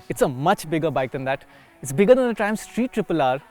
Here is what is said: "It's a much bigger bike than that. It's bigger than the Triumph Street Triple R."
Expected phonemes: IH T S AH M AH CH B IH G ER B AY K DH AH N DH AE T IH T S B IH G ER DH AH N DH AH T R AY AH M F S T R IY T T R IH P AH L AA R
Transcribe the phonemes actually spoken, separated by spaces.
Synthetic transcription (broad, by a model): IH T S AH M AH CH B IH G ER B AY K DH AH N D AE T IH T S B IH G ER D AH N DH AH T AY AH M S T R IY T T R IH P AH L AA R